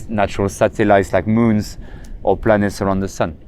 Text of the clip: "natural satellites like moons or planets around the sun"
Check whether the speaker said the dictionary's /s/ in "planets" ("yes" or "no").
yes